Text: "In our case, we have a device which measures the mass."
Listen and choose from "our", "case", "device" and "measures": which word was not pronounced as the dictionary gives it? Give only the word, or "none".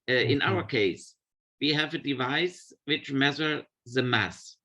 measures